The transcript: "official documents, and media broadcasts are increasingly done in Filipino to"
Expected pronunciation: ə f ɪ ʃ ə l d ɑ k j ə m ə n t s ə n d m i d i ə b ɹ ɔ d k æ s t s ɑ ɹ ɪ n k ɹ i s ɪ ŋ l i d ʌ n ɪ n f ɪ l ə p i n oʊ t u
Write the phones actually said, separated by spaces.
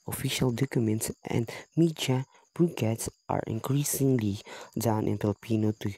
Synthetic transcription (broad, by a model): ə f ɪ ʃ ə l d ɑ k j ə m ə n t s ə n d m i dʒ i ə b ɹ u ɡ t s t ɑ ɹ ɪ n k ɹ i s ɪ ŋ l i d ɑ n ɪ n p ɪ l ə p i n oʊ t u